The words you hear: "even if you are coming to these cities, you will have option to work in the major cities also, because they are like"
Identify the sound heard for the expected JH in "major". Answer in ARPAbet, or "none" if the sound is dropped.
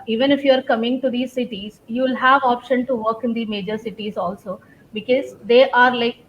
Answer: JH